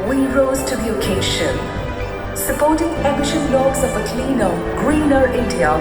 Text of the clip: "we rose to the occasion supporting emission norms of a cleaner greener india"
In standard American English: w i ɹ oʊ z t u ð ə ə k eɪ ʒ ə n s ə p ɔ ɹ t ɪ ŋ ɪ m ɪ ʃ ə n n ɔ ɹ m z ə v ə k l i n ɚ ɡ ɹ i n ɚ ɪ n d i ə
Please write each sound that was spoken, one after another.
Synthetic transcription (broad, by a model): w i ɹ oʊ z t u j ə k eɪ ʃ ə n s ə p ɔ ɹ t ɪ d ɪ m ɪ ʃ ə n l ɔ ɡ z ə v ə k l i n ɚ ɡ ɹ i n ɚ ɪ n d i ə